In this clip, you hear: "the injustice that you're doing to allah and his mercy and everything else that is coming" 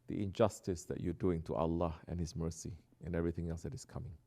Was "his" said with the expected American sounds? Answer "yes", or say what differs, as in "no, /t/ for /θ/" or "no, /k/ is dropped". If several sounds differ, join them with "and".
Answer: no, /s/ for /z/